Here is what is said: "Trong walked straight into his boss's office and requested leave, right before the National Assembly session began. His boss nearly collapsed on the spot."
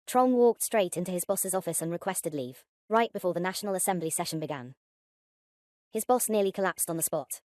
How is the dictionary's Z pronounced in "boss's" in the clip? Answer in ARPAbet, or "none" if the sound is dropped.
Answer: Z